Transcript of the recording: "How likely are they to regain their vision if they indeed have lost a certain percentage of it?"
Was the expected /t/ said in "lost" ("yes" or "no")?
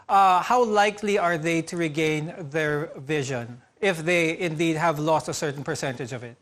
yes